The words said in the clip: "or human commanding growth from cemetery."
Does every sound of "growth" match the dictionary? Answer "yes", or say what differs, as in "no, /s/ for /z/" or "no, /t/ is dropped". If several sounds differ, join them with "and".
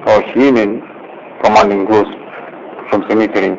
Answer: no, /s/ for /θ/